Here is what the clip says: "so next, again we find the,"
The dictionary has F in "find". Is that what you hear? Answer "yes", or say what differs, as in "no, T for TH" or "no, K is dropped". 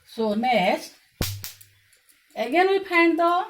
no, P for F